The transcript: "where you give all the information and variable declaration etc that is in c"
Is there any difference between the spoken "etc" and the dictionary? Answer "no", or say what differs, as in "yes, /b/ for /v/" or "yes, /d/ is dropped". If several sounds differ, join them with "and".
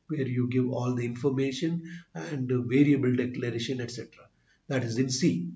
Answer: no